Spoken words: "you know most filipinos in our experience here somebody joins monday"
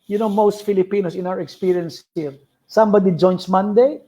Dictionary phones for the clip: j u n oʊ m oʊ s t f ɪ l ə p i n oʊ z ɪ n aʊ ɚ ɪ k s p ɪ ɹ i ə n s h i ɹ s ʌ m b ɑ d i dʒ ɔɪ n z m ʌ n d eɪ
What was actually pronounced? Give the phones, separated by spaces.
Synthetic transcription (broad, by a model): j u n oʊ m oʊ s t f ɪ l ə p i n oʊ s ɪ n aʊ ɚ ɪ k s p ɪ ɹ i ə n s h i l s ʌ m b ɑ d i dʒ ɔɪ n s m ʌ n d eɪ